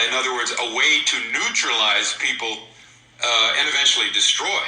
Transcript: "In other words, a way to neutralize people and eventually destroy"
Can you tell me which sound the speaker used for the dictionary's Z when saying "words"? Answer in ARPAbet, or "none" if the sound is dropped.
Z